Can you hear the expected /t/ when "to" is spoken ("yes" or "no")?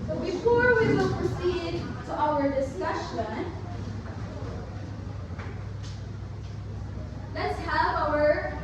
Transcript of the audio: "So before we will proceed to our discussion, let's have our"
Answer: yes